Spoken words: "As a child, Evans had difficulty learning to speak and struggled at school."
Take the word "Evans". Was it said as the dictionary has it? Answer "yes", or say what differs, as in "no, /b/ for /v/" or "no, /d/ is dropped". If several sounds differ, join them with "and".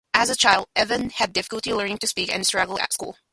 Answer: no, /z/ is dropped